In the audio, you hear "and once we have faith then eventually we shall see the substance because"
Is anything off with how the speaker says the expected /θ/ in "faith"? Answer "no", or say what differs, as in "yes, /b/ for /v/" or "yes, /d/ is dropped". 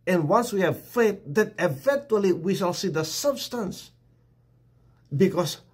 yes, /t/ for /θ/